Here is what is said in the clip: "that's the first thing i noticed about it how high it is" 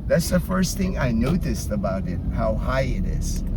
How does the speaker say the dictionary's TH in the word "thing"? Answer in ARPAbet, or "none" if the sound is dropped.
TH